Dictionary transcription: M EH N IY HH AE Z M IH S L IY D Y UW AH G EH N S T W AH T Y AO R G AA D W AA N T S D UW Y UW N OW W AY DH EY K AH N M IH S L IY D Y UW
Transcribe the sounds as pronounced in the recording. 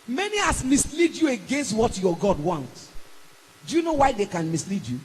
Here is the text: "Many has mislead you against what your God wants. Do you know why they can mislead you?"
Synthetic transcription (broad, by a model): M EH N IY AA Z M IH S L IY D Y UW AH G EH N S T W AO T Y AO G AA D W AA N T D UW Y UW N OW W AY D EY K AH N M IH S L IY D Y UW